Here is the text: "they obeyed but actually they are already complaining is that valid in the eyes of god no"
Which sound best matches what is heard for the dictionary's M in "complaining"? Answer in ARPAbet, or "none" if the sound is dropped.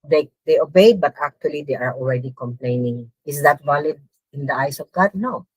M